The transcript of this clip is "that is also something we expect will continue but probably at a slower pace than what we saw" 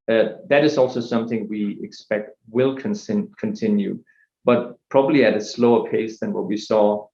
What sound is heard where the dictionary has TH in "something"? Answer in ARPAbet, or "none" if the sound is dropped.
TH